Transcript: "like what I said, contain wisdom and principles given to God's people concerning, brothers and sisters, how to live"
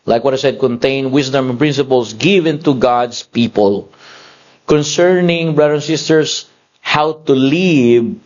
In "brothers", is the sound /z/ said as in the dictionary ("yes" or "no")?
no